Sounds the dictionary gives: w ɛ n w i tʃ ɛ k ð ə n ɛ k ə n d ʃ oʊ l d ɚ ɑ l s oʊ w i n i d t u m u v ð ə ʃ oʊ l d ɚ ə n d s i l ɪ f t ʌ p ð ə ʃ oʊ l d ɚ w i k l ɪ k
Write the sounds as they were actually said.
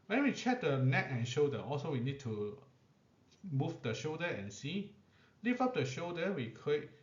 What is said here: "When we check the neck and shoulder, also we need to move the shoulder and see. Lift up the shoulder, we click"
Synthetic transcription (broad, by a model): w ɛ n w i tʃ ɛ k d ə n ɛ k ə n ʃ oʊ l d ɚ ɑ l s oʊ w i n i d t u m u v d ə ʃ oʊ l d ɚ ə n s i l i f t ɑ p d ə ʃ oʊ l d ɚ w i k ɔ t